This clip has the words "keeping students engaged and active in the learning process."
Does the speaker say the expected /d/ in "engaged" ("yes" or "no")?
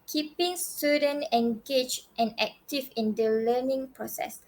no